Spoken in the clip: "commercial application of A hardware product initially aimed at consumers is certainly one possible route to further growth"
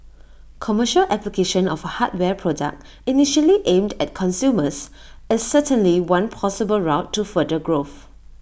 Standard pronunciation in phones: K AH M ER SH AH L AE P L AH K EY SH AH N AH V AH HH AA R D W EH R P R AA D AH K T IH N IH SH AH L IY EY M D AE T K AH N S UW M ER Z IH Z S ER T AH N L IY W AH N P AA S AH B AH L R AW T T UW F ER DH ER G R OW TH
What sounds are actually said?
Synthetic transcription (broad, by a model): K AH M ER SH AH L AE P L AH K EY SH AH N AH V AH HH AA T W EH P R AA D AH K T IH N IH SH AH L IY EY M D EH T K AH N S UW M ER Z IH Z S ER T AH N L IY W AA N P AA S AH B AH L R AW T T UW F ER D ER G R OW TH